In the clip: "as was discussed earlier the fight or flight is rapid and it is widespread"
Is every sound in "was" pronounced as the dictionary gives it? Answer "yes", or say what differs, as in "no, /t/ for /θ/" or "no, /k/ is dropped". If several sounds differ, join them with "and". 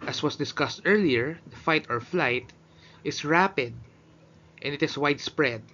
no, /s/ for /z/